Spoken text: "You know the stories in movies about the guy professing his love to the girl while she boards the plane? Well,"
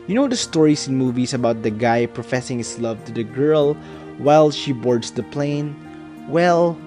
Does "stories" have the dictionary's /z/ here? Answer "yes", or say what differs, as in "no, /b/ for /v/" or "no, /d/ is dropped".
no, /s/ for /z/